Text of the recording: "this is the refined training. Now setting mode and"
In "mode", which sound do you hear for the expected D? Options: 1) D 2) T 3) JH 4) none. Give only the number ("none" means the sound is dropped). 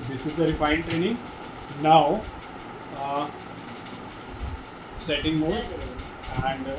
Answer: 4